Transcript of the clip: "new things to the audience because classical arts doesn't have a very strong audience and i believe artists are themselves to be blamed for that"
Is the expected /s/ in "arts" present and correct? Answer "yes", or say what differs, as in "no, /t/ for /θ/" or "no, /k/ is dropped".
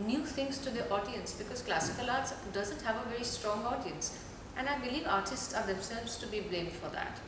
yes